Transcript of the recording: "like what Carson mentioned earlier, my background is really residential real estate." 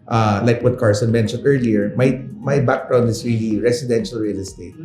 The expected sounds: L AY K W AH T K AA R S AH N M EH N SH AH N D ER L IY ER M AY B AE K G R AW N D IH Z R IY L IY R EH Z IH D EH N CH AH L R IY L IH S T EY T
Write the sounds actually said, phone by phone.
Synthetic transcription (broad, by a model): L AY K W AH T K AA R S AH N M EH N SH AH N D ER L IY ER M AY B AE K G R AW N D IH S R IY L IY R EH S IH D EH N SH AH L R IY L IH S T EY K